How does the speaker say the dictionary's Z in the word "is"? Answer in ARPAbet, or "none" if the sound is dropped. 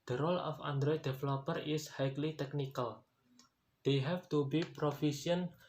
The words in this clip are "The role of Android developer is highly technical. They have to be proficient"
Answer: S